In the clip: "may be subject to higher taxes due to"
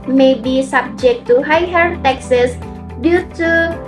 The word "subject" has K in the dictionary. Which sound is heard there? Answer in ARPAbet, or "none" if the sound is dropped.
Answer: K